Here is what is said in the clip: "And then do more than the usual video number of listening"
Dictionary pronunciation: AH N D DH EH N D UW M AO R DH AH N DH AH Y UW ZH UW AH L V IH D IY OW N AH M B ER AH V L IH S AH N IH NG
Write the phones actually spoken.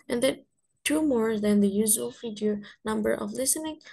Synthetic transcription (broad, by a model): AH N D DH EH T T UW M AO R DH AH N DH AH Y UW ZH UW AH L F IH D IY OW N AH M B ER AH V L IH S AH N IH NG